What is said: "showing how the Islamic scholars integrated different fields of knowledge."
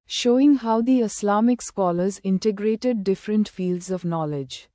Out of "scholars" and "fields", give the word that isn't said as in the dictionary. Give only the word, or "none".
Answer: none